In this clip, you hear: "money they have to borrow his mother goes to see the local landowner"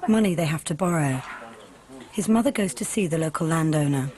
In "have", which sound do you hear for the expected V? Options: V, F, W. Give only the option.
F